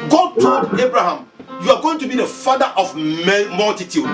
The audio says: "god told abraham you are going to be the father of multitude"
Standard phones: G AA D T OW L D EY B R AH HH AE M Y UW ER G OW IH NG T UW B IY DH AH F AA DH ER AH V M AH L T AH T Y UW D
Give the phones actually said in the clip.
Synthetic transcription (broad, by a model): G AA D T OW D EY B R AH HH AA M Y UW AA G OW IH NG T UW B IY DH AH F AA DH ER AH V M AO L T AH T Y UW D